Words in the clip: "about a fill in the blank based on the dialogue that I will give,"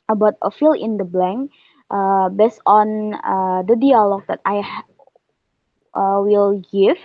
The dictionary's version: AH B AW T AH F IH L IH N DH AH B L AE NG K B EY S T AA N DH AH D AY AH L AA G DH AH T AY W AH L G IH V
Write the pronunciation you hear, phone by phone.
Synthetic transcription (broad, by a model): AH B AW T AH F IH L IH N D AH B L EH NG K B EY S T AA N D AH D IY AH L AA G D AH T AY W AH L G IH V